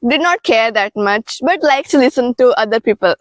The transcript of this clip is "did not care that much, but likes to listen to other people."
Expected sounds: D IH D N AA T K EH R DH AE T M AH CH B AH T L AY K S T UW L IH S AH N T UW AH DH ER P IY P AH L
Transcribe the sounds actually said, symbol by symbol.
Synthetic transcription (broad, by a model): D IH D N AA T K EH R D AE T M AH CH B AH T L AY K T UW L IH S AH N T UW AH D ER P IY P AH L